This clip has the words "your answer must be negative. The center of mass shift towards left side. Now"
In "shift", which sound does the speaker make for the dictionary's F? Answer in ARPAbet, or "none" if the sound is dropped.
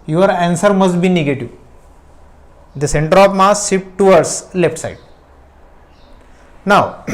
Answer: P